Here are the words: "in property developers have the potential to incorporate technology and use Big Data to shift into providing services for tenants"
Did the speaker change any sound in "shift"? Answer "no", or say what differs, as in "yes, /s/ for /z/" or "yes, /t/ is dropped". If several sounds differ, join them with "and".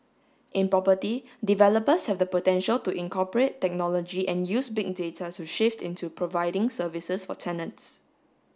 no